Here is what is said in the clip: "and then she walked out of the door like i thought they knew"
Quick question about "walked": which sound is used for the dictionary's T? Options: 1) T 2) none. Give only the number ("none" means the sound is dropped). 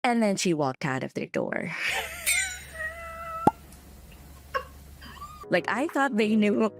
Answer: 1